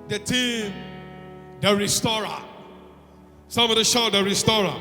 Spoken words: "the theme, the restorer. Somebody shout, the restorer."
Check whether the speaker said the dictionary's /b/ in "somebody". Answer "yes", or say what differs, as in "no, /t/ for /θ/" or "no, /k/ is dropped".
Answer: no, /b/ is dropped